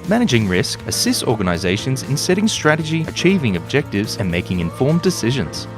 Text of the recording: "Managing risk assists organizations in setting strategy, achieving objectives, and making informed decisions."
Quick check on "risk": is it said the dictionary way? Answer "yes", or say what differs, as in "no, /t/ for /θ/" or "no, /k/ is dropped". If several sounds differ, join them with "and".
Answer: yes